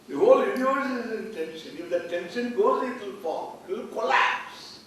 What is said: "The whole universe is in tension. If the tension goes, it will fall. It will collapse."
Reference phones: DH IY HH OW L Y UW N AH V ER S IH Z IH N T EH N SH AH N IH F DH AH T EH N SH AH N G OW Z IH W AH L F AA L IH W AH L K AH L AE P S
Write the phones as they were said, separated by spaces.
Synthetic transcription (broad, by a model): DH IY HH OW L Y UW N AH AO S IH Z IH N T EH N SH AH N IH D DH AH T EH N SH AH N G OW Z IH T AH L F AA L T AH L K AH L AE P S